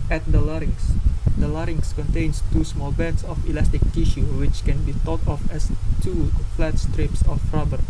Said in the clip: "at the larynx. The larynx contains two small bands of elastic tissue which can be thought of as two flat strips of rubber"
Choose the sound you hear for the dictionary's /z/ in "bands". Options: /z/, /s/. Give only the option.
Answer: /s/